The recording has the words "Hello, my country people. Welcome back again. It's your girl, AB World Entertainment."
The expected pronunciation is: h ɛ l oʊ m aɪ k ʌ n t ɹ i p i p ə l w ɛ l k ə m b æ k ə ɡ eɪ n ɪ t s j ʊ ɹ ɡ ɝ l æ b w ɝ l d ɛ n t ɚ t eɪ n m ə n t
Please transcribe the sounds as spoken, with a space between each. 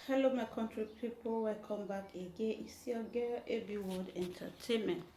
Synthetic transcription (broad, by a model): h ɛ l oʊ m aɪ k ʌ n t ɹ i p i p ə l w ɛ k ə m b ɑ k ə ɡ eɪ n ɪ s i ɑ ɡ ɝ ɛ b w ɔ d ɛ n t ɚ t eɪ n m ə n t